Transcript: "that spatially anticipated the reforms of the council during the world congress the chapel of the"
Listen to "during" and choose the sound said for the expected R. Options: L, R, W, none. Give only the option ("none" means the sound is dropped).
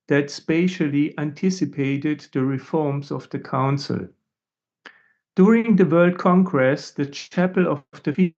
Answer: R